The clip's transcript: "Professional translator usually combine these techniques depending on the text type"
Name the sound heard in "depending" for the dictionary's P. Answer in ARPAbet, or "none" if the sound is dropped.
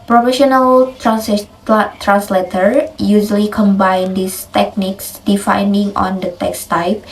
F